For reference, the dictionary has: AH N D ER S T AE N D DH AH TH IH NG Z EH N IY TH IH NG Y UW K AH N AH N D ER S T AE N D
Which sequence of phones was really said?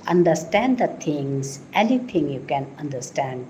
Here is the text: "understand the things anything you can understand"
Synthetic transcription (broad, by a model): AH N D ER S T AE N D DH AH T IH NG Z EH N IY T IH NG Y UW K AH N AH N D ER S T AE N D